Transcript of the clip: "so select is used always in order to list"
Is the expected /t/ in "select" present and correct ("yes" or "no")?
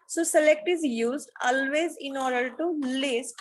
yes